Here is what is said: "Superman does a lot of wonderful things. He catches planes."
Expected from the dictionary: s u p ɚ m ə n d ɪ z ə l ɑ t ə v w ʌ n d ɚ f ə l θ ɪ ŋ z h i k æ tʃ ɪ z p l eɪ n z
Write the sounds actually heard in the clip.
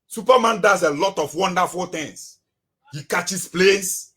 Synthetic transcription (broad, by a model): s u p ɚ m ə n d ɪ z ə l ɑ t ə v w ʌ n d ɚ f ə l t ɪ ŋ s h i k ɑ tʃ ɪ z p l eɪ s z